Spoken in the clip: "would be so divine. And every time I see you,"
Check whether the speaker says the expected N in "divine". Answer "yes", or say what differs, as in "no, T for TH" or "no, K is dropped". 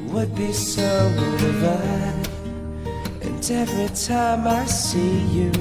no, N is dropped